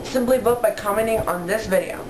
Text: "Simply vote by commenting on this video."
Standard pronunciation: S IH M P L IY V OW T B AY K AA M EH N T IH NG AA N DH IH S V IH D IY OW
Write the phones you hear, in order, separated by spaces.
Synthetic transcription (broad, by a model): S IH M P L IY B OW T B AY K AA M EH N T IH NG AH N DH IH S V IH D IY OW